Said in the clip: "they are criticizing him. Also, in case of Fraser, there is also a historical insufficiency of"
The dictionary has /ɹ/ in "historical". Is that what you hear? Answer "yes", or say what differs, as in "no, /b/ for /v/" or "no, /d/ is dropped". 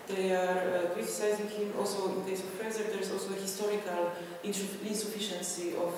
yes